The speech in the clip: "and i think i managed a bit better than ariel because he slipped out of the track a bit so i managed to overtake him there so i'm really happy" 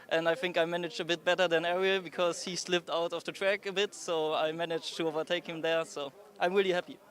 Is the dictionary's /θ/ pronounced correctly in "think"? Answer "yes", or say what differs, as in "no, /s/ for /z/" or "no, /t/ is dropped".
yes